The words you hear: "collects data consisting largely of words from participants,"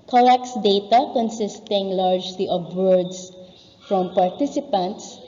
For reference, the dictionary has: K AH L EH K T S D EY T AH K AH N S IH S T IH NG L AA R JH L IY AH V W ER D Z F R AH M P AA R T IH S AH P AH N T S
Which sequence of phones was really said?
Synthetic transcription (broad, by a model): K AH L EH K S D EY T AH K AH N S IH S T IH NG L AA R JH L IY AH B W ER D S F R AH M P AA R T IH S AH P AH N T S